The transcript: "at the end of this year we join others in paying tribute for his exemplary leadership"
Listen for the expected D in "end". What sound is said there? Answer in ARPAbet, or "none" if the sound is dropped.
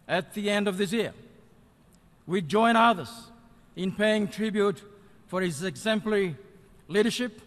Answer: D